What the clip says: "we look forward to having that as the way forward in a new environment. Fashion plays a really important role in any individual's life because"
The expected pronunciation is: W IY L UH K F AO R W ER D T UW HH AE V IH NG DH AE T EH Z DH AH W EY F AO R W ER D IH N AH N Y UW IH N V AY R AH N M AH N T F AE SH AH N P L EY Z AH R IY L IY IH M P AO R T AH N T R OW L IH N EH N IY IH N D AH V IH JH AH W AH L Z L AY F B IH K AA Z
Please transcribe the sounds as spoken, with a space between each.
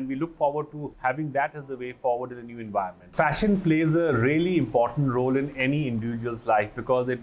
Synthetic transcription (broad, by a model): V IY L UH K F AO R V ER D T UW HH AE V IH NG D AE T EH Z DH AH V EY F AO R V ER D IH N AH N Y UW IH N V AY AH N M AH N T F AE SH AH N P L EY Z AH R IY L IY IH M P AO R T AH N T R OW L IH N EH N IY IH N D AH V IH JH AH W AH L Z L AY F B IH K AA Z